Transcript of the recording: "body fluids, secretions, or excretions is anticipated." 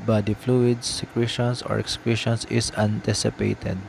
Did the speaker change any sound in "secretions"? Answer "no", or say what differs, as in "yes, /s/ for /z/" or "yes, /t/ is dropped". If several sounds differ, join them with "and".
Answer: yes, /s/ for /z/